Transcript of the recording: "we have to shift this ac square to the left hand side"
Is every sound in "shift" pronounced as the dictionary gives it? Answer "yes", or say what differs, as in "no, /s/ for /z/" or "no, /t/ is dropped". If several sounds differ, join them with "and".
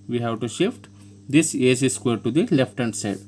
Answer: yes